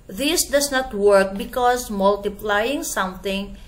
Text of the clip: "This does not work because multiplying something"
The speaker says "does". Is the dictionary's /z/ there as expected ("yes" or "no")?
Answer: no